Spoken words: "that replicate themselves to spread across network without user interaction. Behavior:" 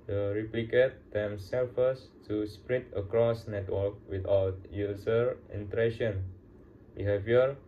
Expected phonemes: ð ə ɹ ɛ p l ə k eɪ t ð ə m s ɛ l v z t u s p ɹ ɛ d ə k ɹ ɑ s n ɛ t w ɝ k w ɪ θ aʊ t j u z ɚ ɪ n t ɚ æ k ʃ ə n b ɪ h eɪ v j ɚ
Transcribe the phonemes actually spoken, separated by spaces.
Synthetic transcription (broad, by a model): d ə ɹ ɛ p l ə k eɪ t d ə m s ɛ l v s t u s p ɹ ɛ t ə k ɹ ɑ s n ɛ t w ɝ k w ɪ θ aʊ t j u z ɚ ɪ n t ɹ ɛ ʃ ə n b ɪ h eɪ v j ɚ